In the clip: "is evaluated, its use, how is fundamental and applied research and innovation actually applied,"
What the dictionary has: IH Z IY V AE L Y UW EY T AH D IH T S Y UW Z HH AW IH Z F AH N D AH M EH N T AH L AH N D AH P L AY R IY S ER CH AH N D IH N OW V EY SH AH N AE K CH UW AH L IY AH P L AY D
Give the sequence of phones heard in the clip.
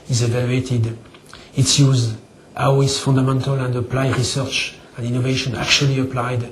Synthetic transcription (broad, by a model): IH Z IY V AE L Y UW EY T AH D IH T S Y UW Z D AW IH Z F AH N D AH M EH N T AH L AH N D AH P L AY R IY S ER CH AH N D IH N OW V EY SH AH N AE K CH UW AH L IY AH P L AY D